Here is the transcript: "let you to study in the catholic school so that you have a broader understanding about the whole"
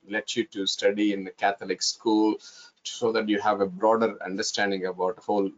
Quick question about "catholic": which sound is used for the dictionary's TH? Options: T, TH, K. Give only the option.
T